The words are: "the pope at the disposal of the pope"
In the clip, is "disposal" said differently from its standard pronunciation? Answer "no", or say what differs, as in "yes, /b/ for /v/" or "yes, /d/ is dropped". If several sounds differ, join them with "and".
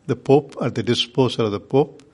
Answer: yes, /s/ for /z/